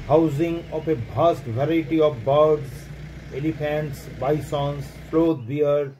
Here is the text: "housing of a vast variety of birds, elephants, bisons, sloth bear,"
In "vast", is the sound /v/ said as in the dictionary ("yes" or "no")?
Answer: no